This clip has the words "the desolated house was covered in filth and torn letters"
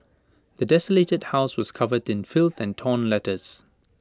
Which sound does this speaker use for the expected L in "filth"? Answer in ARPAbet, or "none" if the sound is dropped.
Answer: L